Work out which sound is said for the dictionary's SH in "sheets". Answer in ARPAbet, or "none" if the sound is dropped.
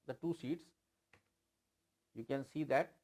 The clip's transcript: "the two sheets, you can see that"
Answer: S